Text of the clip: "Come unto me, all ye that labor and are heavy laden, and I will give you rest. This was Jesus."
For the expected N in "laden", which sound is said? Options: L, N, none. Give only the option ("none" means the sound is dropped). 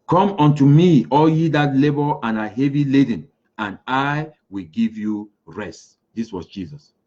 N